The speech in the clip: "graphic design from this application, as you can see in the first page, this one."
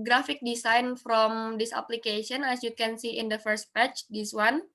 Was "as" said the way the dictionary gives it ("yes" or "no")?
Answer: no